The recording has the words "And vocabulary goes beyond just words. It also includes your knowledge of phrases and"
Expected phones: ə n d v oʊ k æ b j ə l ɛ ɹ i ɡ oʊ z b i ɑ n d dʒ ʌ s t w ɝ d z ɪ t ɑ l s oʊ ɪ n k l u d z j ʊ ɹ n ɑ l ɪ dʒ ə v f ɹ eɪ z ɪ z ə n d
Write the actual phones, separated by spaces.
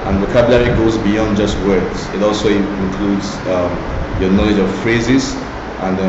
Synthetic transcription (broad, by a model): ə n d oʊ k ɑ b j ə l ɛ ɹ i ɡ oʊ z b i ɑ n d dʒ ʌ s t w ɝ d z ɪ t ɑ l s oʊ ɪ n k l u d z j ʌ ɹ n ɑ l ɪ dʒ ə v f ɹ eɪ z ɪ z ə n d